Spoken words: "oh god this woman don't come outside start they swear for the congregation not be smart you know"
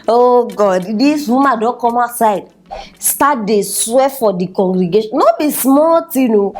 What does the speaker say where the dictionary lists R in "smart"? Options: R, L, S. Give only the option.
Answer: L